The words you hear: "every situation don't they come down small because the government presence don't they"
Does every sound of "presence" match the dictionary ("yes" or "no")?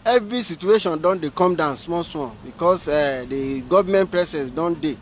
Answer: no